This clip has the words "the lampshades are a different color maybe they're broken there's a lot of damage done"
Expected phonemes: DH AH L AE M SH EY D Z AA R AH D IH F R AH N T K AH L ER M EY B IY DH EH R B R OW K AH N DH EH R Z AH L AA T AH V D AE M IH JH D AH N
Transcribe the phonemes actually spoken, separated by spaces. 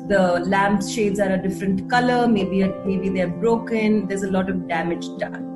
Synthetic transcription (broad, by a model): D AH L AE M SH EY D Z AA R AH D IH F R AH N T K AH L ER M EY B IY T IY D B R OW K AH N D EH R Z AH L AA T AH V D AE M IH JH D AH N